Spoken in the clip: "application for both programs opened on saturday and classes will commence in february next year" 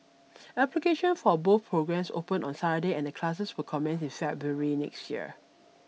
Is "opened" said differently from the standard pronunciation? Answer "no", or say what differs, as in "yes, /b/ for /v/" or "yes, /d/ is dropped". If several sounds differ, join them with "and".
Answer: yes, /d/ is dropped